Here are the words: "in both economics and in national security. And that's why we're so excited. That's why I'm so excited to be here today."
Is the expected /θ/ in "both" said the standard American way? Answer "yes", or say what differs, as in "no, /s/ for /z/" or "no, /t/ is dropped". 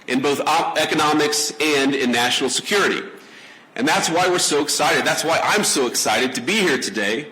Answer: yes